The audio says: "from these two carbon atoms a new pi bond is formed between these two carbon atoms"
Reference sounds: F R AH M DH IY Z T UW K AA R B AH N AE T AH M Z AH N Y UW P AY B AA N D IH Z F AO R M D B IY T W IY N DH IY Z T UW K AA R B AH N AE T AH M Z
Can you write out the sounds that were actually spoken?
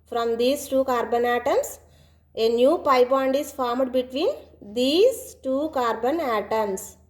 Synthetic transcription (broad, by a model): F R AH M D IY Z T UW K AA R B AH N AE T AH M S AH N Y UW P AY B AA N D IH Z F AO R M D B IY T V IY N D IY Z T UW K AA R B AH N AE T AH M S